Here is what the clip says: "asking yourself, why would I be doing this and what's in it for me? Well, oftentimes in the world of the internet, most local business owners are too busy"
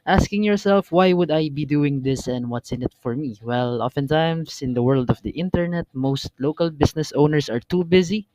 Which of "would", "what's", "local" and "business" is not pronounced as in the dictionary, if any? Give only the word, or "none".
business